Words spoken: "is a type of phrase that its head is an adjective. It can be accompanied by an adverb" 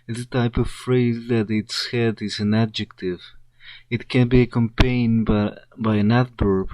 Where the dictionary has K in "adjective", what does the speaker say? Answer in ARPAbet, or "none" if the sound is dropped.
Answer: K